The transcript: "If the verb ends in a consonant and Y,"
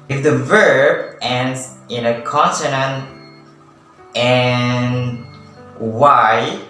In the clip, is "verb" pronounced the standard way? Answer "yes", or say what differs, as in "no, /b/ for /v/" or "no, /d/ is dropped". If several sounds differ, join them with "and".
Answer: yes